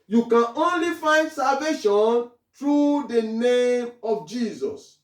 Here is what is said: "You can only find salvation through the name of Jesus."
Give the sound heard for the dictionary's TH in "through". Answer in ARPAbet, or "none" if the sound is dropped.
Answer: T